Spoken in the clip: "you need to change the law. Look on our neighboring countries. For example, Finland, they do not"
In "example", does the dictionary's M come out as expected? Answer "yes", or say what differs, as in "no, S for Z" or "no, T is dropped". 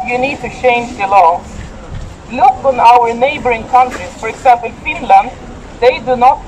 no, M is dropped